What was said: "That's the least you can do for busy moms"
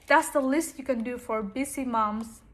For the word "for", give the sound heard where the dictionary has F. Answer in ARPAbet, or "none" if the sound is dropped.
F